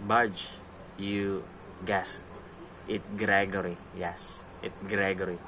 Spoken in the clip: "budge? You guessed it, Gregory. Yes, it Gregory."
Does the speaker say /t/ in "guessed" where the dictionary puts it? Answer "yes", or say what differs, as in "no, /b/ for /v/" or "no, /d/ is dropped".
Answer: yes